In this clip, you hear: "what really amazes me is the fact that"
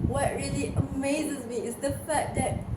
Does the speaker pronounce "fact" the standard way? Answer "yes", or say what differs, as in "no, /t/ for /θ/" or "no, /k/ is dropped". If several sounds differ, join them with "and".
no, /k/ is dropped